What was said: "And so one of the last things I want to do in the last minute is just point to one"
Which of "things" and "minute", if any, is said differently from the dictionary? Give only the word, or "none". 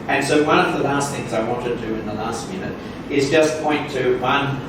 none